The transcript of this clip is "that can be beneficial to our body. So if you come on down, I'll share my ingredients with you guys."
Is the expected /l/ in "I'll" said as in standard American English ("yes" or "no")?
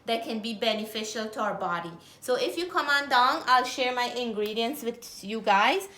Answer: yes